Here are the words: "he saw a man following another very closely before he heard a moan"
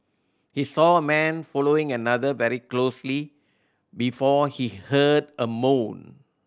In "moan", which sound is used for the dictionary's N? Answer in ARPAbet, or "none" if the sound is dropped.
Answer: N